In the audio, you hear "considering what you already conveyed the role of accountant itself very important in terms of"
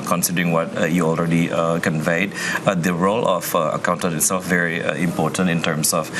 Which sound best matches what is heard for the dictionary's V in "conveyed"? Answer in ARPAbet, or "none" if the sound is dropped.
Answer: V